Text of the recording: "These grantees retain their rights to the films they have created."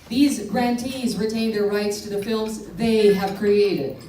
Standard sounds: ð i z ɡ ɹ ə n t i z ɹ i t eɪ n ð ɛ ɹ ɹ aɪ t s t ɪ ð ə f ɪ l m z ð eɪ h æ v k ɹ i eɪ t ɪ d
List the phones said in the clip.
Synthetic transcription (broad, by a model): ð i z ɡ ɹ ə n t i z ɹ i t eɪ n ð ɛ ɹ ɹ aɪ t s t ɪ ð ə f ɪ l m z ð eɪ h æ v k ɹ i eɪ t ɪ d